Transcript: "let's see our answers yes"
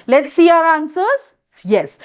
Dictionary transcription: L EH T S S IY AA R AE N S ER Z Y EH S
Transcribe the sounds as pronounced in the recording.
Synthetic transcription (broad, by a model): L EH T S S IY AA R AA N S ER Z Y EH S